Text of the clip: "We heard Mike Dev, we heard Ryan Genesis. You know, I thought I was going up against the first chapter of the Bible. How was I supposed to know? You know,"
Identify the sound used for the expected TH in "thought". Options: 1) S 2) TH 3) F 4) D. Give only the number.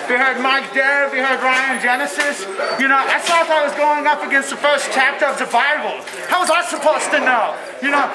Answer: 1